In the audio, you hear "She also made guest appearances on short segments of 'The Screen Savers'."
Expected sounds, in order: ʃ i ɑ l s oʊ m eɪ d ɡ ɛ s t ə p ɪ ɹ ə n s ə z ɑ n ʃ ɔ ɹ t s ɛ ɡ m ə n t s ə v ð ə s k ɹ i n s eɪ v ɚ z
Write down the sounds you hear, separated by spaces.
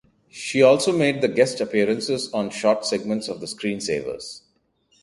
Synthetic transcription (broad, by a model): ʃ i ɑ l s oʊ m eɪ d ɡ ɛ s t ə p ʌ ɹ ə n s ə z ɑ n ʃ ɔ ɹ t s ɛ ɡ m ə n t s ə v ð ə s k ɹ i n s eɪ v ɚ z